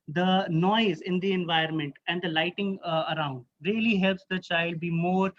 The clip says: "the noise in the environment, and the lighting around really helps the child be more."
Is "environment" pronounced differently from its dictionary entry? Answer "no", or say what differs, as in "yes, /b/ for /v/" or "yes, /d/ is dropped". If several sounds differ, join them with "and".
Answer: yes, /ɹ/ is dropped